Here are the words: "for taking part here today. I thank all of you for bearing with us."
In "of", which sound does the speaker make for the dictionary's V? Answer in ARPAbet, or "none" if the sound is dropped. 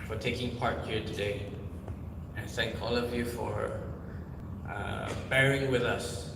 V